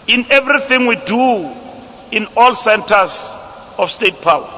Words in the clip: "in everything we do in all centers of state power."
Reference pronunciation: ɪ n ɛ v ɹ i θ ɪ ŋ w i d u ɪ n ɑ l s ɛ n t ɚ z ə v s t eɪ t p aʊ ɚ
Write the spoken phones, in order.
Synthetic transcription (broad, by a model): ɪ n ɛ v ɹ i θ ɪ ŋ w i d u ɪ n ɑ l s ɛ n t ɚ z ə f s t eɪ t p aʊ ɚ